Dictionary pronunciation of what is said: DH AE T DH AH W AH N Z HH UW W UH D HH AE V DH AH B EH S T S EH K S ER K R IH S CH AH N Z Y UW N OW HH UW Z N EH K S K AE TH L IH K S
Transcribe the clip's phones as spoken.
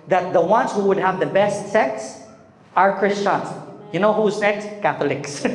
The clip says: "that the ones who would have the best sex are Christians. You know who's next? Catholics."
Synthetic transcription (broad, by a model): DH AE T DH AH W AH N Z HH UW W UH D HH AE V DH AH B EH S T S EH K S ER K R IH S CH AH N Z Y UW N OW HH UW Z N EH K S K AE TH L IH K S